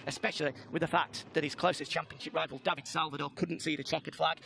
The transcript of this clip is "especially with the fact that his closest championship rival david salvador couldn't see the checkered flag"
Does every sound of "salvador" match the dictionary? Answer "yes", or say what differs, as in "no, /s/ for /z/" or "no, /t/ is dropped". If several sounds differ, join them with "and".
no, /l/ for /ɹ/